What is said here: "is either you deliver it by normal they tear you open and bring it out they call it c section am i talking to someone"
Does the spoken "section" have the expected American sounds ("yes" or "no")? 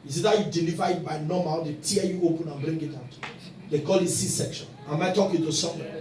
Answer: yes